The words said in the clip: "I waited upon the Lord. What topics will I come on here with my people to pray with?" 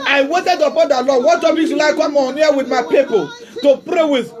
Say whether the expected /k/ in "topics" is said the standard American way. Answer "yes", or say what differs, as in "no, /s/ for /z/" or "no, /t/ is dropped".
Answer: no, /k/ is dropped